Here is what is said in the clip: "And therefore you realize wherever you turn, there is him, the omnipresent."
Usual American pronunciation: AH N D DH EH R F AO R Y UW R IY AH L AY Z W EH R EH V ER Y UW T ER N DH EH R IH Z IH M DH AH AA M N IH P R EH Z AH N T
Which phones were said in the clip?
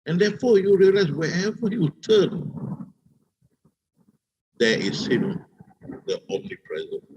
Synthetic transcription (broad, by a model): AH N D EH F AO Y UW R IY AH L AY S W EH EH V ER Y UW T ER N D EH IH S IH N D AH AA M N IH P R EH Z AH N